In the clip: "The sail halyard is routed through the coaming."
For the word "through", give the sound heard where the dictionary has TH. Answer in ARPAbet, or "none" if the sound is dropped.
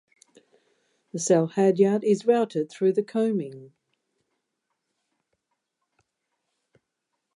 TH